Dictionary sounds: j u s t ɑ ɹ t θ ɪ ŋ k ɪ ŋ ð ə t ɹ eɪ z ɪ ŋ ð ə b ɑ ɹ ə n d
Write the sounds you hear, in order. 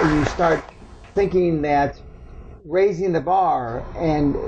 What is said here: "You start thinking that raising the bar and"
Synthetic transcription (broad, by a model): j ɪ s t ɑ ɹ t θ ɪ ŋ k ɪ ŋ ð ə t ɹ eɪ z ɪ ŋ ð ə b ɑ ɹ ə n